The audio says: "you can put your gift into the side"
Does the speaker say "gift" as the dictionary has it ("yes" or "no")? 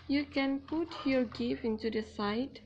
no